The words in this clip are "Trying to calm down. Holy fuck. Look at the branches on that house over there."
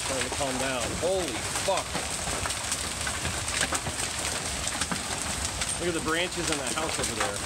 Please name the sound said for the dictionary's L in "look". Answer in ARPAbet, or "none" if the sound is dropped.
W